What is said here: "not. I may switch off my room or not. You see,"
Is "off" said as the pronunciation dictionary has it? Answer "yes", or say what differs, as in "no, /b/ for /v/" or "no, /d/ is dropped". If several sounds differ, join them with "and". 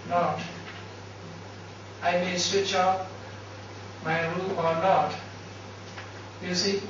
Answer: no, /p/ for /f/